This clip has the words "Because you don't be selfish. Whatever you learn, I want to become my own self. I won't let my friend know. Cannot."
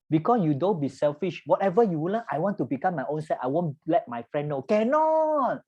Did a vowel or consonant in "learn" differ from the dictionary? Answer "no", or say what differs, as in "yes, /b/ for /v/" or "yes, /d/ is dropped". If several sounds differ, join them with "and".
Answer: yes, /w/ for /l/ and /l/ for /n/